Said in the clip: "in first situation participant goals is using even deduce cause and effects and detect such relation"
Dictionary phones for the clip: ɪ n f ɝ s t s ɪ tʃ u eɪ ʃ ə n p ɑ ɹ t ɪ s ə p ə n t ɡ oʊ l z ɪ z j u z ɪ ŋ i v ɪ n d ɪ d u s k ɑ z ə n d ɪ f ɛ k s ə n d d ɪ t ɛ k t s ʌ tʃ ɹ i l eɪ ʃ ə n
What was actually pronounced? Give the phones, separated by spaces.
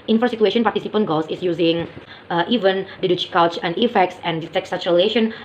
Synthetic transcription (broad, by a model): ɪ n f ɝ t s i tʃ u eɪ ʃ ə n p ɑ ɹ t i s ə p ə n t ɡ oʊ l s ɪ s j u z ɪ ŋ i v ɪ n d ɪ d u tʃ k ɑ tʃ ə n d ɪ f ɛ k s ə n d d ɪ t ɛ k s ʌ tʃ ɹ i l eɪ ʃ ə n